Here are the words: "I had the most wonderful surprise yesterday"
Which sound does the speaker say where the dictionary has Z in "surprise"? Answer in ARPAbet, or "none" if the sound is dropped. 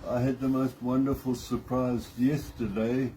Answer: Z